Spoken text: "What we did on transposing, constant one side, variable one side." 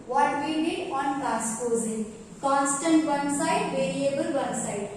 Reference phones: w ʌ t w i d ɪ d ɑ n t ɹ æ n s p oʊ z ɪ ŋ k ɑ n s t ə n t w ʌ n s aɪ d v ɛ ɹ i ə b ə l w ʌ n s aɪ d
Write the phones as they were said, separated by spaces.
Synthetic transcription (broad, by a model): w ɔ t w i d ɪ d ɑ n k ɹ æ s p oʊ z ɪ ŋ k ɑ n s t ə n t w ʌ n s aɪ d v ɛ ɹ i ə b ə l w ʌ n s aɪ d